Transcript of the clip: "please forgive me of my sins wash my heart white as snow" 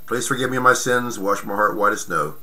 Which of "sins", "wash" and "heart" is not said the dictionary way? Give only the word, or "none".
none